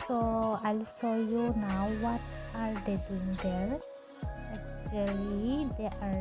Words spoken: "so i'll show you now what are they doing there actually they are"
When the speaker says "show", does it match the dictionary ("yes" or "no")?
no